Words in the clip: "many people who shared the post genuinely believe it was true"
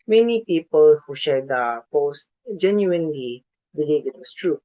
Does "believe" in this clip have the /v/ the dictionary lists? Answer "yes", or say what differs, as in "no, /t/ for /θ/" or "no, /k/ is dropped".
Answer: no, /v/ is dropped